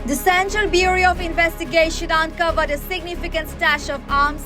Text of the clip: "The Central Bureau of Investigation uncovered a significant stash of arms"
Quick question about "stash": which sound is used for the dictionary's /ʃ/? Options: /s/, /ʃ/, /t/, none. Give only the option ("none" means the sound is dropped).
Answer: /ʃ/